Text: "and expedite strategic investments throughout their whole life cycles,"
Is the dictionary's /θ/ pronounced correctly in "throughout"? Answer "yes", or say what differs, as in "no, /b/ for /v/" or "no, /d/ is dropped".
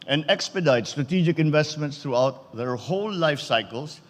no, /t/ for /θ/